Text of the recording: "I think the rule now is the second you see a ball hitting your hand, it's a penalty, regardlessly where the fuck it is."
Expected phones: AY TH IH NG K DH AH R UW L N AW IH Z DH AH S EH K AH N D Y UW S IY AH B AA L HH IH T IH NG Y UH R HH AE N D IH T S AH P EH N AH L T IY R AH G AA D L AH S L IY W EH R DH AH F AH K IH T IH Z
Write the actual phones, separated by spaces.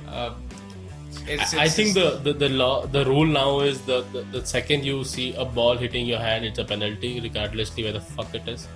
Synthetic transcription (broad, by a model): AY T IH NG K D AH R UW L N AW IH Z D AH S EH K AH N D Y UW S IY AH B AA L HH IH T IH NG Y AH R HH AE N D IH T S AH P EH N AH L T IY R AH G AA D L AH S L IY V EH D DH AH F AH K IH T IH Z